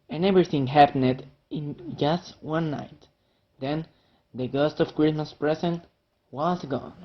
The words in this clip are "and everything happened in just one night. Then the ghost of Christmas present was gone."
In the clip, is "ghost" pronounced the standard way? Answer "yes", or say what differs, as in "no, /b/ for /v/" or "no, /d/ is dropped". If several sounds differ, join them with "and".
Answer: yes